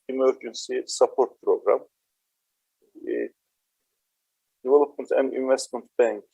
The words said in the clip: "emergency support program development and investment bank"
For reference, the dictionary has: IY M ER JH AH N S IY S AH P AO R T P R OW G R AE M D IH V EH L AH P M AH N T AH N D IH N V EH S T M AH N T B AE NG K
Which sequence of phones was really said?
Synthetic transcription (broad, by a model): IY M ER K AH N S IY S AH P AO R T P R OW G R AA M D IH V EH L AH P AH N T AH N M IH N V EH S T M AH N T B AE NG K